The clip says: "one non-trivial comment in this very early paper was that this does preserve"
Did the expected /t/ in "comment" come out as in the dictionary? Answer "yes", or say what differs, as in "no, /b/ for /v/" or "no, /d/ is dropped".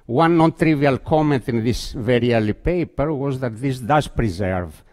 yes